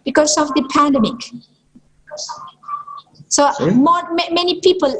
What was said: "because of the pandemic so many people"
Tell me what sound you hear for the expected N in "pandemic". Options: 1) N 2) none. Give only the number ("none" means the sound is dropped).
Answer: 1